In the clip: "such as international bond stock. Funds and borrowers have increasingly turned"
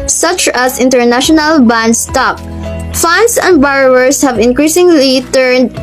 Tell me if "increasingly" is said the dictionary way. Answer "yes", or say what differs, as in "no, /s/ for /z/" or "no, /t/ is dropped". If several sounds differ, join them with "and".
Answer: yes